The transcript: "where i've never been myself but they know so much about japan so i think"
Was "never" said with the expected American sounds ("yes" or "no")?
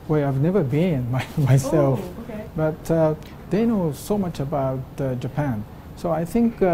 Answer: yes